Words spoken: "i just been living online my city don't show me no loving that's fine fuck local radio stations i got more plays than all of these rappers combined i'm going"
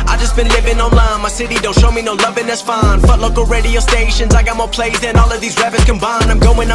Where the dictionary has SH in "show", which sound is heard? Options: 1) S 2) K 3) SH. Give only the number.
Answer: 3